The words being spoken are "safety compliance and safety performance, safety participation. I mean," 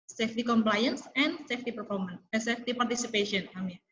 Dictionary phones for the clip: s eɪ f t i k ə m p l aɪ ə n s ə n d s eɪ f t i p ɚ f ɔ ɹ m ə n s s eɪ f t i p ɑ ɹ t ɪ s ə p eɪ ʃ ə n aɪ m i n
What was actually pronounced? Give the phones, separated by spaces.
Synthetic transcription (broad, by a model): s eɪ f t i k ə m p l aɪ ə n s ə n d s eɪ f t i p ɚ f ɔ ɹ m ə n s s eɪ f t i p ɑ ɹ t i s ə p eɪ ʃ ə n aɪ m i